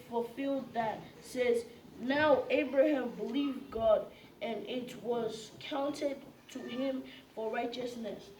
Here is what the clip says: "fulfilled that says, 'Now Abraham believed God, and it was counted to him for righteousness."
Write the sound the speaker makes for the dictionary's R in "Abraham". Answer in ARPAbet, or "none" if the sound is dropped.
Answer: R